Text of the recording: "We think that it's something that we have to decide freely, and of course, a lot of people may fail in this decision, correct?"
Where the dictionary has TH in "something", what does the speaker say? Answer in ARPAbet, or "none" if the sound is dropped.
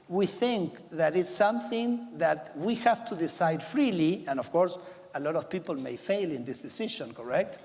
TH